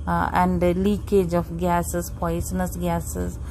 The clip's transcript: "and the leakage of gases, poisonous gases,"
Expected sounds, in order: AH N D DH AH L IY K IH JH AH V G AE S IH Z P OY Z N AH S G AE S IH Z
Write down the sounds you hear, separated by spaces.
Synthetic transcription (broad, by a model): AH N D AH L IY K IH JH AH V G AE S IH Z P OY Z N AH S G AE S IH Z